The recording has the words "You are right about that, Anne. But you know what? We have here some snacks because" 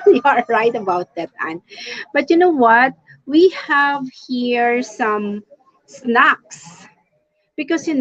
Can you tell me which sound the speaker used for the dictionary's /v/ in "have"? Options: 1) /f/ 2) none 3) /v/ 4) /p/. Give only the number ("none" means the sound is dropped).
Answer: 3